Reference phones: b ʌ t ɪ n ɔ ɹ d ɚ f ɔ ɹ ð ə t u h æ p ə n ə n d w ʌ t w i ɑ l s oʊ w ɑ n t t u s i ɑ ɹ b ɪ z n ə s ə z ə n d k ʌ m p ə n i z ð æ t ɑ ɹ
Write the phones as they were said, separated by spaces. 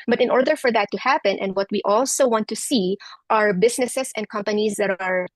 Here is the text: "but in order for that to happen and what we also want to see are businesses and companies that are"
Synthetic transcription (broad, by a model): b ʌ t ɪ n ɔ ɹ d ɚ f ɔ ɹ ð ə t u h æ p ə n ə n d w ʌ t w i ɑ l s oʊ w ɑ n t t u s i ɑ ɹ b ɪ s n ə s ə s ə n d k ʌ m p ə n i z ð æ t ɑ ɹ